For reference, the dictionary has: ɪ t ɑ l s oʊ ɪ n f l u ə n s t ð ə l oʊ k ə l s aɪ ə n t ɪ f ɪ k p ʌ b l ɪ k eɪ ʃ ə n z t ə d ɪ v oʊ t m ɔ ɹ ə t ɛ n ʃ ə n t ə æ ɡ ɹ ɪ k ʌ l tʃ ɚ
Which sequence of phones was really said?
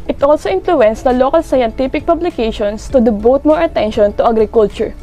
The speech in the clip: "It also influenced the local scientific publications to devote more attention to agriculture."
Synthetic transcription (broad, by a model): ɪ t ɑ l s oʊ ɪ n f l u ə n s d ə l oʊ k ə l s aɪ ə n t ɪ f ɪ k p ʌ b l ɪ k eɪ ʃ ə n s t ə d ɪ b oʊ t m ɔ ɹ ə t ɛ n ʃ ə n t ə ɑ ɡ ɹ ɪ k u l tʃ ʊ